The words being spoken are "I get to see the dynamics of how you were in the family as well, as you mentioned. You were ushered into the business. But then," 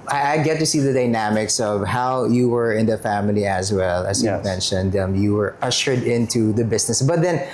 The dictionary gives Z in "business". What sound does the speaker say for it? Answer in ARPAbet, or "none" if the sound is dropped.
S